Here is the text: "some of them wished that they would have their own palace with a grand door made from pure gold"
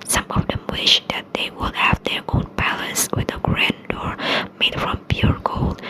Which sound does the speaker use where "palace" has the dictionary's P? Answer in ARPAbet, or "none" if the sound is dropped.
B